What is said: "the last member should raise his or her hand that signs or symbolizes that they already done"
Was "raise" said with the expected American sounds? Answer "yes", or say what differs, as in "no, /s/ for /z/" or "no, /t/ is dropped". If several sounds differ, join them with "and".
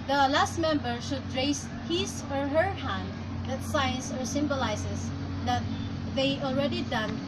no, /s/ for /z/